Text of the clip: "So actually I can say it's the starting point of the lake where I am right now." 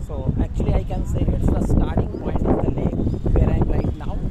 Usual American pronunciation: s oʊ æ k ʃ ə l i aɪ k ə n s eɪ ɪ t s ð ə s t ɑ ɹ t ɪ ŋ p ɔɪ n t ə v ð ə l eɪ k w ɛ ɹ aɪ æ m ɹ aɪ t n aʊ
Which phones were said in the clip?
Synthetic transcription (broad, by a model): s oʊ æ k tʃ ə l i aɪ k ə n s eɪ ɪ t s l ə s t ɑ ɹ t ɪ ŋ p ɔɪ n ə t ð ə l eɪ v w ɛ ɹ aɪ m l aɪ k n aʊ